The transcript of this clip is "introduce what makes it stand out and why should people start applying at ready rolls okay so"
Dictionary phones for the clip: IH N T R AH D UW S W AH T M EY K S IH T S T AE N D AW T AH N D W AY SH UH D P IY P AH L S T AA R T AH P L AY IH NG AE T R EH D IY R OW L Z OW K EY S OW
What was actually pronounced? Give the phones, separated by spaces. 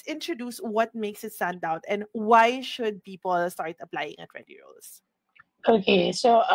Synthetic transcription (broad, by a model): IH N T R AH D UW S W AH T M EY K S IH T S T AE N D AW T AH N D W AY SH UH D P IY P AH L S T AA R T AH P L AY IH NG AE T R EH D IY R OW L S OW K EY S OW